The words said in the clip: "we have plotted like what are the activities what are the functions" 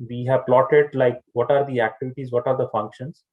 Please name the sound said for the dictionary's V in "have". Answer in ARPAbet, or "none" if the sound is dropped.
V